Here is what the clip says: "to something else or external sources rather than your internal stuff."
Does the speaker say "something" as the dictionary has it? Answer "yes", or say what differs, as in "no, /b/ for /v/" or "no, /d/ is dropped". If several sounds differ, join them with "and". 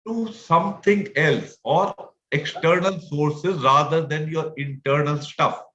no, /t/ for /θ/